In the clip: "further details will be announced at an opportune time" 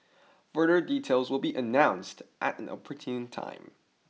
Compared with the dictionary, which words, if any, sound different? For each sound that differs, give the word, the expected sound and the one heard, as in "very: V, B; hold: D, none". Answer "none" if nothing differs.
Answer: none